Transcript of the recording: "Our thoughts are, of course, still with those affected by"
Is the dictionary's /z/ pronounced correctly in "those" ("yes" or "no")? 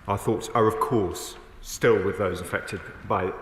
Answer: yes